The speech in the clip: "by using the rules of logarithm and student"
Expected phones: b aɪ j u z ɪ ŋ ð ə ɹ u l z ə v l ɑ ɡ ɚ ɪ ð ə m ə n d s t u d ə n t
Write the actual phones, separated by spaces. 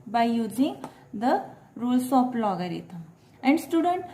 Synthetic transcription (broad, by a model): b aɪ j u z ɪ ŋ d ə ɹ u l s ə p l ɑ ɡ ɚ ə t ə n d s t u d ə n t